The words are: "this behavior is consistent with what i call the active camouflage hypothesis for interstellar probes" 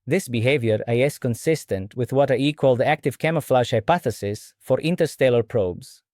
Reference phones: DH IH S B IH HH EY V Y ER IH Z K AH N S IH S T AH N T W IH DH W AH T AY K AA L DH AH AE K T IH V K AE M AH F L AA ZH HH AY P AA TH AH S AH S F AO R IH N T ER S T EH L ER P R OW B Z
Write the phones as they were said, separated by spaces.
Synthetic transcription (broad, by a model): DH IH S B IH HH EY V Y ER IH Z K AH N S IH S T AH N T W IH DH W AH T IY K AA L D AE K T IH V K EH M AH F L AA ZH HH AY P AA TH AH S AH S F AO R IH N T ER S T EH L ER P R OW B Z